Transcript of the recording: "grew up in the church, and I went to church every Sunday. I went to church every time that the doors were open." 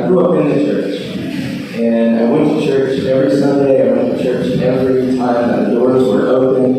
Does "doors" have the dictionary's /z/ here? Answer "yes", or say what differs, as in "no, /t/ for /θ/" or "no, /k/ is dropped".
yes